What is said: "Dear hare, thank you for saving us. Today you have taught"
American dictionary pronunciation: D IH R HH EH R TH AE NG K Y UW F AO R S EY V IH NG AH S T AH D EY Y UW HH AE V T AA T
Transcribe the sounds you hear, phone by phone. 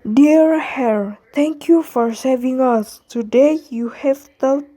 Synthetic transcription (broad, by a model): D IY R HH EH R T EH NG K Y UW F AO R S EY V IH NG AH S T AH D EY Y UW HH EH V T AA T